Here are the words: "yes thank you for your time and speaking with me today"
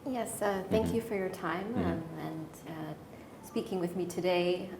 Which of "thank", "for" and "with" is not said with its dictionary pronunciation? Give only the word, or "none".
none